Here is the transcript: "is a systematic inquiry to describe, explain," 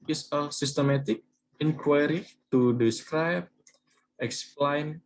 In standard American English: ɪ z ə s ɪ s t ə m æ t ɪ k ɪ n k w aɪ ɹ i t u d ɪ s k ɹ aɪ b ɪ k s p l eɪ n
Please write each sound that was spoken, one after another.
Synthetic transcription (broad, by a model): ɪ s ə s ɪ s t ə m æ t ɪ k ɪ n k w aɪ ɹ i t u d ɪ s k ɹ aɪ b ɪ k s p l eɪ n